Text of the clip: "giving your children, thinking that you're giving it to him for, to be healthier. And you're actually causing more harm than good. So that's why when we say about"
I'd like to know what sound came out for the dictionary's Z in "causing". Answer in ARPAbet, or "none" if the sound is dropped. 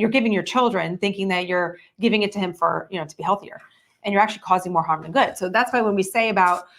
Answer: Z